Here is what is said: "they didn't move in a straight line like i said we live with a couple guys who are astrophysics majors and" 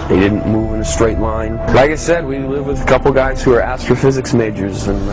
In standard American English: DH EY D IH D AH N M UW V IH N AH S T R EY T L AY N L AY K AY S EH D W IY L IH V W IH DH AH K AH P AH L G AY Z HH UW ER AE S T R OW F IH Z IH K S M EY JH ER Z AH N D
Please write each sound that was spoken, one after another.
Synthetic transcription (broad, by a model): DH EY D IH D N M UW V IH N AH S T R EY T L AY N L AY K AY S EH D W IY L IH V W IH DH AH K AH P L G AY Z HH UW ER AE S T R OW F IH Z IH K S M EY JH ER Z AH N